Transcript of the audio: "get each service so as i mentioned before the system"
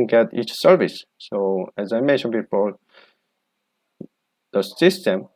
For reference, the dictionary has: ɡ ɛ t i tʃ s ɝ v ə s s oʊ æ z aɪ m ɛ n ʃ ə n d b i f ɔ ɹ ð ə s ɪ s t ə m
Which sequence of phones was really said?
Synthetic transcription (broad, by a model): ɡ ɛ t i tʃ s ɝ v ə s s oʊ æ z aɪ m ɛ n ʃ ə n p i p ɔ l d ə s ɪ s t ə m